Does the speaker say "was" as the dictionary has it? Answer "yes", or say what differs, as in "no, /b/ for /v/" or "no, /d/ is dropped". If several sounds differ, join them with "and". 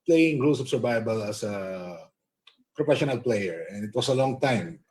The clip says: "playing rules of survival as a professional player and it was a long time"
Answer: no, /s/ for /z/